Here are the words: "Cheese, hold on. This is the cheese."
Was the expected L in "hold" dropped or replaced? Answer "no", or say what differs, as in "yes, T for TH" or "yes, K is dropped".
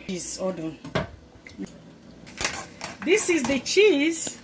yes, L is dropped